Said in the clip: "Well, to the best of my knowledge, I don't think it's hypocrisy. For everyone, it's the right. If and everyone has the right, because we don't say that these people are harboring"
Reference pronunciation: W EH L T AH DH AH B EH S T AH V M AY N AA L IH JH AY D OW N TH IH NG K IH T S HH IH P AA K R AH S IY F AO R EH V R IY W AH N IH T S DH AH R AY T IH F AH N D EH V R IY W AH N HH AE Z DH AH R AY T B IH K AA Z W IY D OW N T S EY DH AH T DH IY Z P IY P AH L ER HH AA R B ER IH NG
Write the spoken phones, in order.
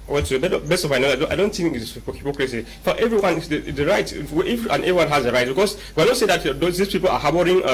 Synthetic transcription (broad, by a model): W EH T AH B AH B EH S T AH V M AY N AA IH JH AY D OW N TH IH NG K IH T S HH IH P AA K R AH S IY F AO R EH V R IY W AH N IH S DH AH R AY T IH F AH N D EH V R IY W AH N HH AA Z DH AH R AY T B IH K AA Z W IY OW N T S EY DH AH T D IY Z P IY P AH L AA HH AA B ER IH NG